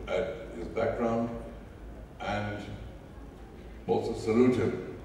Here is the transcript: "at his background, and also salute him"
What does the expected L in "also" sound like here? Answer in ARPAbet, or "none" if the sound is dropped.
none